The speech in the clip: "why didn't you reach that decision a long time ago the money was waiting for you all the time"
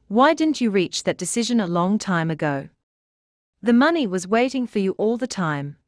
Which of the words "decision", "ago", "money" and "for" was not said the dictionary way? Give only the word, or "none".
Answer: none